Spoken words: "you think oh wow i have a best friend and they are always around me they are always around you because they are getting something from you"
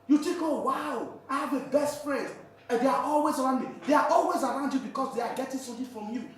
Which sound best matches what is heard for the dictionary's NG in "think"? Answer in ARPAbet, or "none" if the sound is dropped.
none